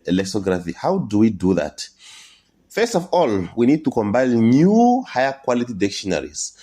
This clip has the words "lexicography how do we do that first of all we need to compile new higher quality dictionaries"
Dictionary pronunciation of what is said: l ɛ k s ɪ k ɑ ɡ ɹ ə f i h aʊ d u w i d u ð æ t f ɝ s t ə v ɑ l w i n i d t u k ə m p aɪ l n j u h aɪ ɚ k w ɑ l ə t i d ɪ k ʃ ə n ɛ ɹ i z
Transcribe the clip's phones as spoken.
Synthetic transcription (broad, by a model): l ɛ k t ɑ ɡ ɹ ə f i h aʊ d u w i d u ð æ t f ɝ s t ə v ɑ l w i n i d t u k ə m b aɪ n j u h aɪ ɚ k w ɑ l ə t i d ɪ k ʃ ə n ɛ ɹ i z